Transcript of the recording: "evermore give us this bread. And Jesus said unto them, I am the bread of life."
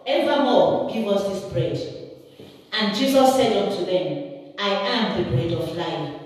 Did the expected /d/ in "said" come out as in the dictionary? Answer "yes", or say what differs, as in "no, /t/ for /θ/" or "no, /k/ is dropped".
yes